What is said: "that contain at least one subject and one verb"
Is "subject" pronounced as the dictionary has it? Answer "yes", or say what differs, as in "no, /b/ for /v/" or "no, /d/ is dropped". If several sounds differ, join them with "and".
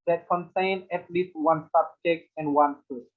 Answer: no, /t/ is dropped